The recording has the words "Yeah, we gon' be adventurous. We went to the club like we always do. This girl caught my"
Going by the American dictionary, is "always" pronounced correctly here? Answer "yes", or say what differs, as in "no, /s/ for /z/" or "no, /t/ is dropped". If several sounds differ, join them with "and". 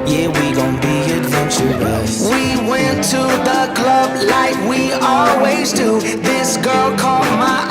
yes